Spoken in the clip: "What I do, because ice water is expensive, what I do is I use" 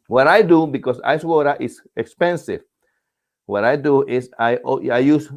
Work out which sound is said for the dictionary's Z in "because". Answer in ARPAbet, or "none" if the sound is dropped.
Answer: S